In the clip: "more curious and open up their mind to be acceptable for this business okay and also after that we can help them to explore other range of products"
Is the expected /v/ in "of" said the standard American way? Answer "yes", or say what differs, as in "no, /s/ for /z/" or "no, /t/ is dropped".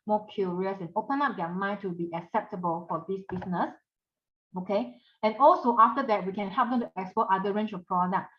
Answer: no, /f/ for /v/